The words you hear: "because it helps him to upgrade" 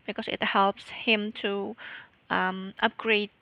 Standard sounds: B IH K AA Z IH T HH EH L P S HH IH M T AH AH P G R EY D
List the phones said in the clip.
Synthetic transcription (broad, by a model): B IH K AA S IH T HH EH L P S HH IH M T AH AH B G R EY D